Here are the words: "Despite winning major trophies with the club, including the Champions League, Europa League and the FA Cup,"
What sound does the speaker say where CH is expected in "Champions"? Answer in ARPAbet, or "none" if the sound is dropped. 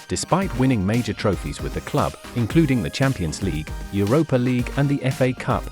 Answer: CH